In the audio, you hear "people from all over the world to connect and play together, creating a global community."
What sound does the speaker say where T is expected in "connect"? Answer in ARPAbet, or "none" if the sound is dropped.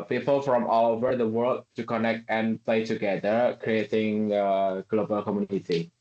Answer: T